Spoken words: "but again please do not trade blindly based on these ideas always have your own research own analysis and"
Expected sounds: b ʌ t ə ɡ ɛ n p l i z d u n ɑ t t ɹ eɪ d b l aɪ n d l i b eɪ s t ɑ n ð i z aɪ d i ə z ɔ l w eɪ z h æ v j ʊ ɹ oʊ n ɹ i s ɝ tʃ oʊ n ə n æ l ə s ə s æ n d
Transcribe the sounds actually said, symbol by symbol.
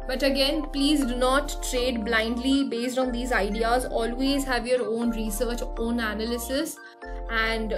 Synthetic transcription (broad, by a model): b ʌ t ə ɡ ɛ n p l i z d u n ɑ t t ɹ eɪ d b l aɪ n d l i b eɪ s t ɑ n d i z aɪ d i ə z ɔ l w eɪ z h æ v j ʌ ɹ oʊ n ɹ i s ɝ tʃ oʊ n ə n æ l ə s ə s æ n d